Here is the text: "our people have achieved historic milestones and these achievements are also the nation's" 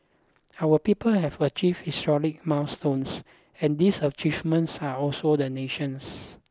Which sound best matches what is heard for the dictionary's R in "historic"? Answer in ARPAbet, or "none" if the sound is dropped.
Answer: L